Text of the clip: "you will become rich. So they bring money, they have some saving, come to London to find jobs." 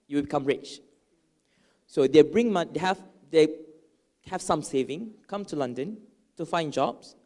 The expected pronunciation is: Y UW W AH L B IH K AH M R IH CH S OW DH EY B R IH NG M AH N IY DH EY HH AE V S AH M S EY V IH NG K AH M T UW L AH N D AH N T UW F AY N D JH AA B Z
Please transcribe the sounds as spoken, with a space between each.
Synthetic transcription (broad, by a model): Y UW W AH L B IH K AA M R IH CH S OW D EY B R IH NG M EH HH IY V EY HH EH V S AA M S EY V IH NG K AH M T UW L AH N D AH N T UW F AY N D JH AA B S